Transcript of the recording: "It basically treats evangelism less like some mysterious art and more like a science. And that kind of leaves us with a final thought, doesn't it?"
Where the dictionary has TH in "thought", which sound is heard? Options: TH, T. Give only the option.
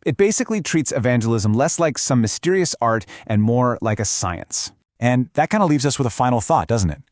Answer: TH